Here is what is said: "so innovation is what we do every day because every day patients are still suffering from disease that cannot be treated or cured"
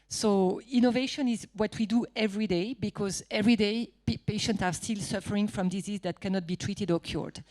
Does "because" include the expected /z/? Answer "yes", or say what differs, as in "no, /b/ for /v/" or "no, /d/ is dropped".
yes